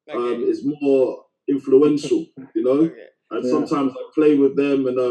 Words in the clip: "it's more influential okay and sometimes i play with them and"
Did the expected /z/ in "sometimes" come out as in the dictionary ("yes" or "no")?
yes